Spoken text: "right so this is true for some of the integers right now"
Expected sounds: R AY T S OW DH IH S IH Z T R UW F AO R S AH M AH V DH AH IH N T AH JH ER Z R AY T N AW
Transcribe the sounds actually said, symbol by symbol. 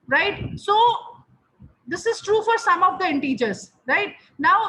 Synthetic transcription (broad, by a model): R AY T S OW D IH S IH Z T R UW F AO R S AH M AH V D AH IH N T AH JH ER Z R AY T N AW